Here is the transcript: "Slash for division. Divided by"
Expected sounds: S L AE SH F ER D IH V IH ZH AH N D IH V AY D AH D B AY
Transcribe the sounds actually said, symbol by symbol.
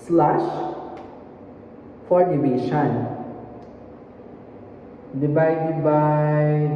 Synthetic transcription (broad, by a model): S L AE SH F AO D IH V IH SH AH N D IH B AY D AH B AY